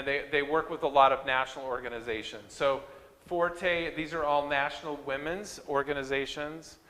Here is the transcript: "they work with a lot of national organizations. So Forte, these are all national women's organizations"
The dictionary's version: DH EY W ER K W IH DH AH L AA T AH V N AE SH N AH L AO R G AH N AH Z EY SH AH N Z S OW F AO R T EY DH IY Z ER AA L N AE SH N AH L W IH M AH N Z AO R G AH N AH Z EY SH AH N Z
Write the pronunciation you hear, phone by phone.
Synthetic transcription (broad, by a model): DH EY W ER K W IH DH AH L AA T AH V N AE SH N L AO R G AH N AH Z EY SH AH N Z S OW F AO R T EY DH IY Z ER AA L N AE SH N L W IH M AH N Z AO R G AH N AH Z EY SH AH N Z